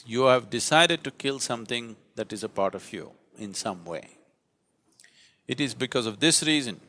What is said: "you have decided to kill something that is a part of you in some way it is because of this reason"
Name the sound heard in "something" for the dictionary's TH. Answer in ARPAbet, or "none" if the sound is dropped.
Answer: T